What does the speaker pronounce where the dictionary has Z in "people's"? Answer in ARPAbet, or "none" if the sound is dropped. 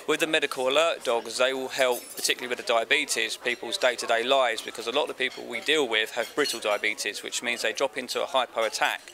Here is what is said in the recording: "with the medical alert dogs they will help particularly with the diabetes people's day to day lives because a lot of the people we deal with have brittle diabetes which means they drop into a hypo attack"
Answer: Z